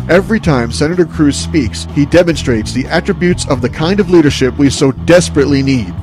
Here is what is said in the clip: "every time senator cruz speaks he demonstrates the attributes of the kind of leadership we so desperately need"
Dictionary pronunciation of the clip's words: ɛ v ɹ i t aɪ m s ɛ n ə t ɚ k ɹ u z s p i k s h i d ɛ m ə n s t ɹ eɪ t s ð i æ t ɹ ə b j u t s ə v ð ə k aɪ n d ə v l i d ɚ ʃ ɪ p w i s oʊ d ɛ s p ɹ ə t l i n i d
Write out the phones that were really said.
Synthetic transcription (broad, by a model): ɛ v ɹ i t aɪ m s ɛ n ə t ɚ k ɹ u z s p i k s h i d ɛ m ə n s t ɹ eɪ t s ð i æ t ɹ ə b j u t s ə v ð ə k aɪ n d ə v l i d ɚ ʃ ɪ p w i s oʊ d ɛ s p ɹ ə t l i n i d